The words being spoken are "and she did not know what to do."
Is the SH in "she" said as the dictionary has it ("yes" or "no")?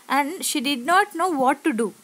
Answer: yes